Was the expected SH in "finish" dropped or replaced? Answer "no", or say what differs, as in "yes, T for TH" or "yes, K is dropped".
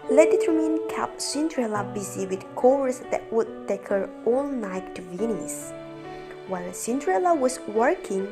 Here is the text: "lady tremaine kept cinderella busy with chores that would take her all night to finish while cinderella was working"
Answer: yes, S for SH